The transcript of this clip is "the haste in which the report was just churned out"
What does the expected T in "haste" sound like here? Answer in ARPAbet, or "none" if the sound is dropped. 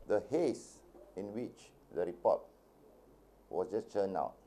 none